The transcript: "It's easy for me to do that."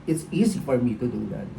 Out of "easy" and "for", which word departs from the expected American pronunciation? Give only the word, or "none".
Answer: none